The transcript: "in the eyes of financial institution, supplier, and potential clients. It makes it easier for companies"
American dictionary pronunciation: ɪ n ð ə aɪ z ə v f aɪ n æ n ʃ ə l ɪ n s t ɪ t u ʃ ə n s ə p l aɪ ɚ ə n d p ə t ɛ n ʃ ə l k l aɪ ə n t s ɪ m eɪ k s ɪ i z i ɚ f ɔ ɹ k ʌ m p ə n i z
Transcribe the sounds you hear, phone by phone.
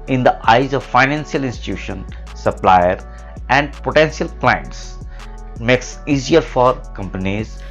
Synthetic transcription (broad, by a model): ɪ n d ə aɪ z ə v f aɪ n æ n s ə l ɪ n s t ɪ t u ʃ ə n s ə p l aɪ ɚ ə n d p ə t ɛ n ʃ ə l k l aɪ ə n t s m eɪ k s i z i ɚ f ɔ ɹ k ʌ m p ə n i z